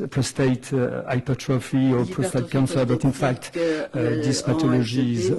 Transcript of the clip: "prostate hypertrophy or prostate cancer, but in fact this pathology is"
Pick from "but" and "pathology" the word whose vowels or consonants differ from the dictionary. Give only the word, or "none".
pathology